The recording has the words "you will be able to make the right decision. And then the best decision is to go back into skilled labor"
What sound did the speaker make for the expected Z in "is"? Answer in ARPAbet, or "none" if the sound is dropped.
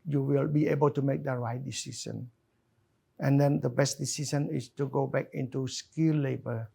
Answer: S